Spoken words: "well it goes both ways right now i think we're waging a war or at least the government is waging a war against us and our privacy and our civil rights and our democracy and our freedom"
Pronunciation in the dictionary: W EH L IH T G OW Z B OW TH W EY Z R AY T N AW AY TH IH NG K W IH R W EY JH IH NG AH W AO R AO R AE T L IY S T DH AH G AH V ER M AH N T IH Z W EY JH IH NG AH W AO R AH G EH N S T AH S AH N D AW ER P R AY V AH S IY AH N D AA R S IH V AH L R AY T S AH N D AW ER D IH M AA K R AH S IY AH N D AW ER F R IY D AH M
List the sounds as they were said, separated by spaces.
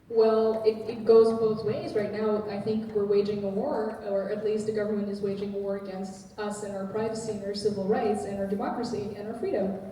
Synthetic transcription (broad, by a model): W EH L IH T G OW Z B OW TH W EY Z R AY T N AW AY TH IH NG K W IH R W EY JH IH NG AH W AO R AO R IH T L IY S T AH G AH V ER M AH N T IH Z W EY JH IH NG AH W AO R AH G EH N S T AH S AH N AW ER P R AY V AH S IY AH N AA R S IH V L R AY T S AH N AW ER D IH M AA K R AH S IY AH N AW ER F R IY D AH M